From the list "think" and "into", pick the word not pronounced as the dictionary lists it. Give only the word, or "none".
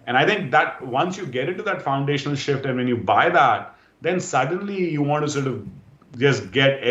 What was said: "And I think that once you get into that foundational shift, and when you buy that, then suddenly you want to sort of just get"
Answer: think